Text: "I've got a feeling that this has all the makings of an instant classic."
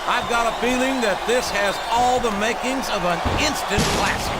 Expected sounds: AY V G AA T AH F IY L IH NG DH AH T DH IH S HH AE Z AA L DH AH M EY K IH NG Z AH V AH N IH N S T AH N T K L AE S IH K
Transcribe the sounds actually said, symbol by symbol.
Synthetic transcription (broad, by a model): AY V G AA T AH F IY L IH NG DH AH T DH IH S HH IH Z AA L DH AH M EY K IH NG Z AH V AH N IH N S T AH N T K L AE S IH